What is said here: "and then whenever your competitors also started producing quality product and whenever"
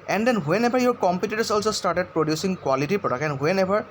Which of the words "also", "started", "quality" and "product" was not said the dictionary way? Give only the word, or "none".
product